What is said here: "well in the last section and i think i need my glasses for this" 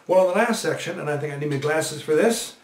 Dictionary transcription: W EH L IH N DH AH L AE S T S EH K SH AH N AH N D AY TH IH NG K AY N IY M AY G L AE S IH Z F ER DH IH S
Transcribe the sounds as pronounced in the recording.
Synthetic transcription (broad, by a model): W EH L IH N DH AH L AE S T S EH K SH AH N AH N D AY TH IH NG K AY N IY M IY G L AE S IH Z F ER DH IH S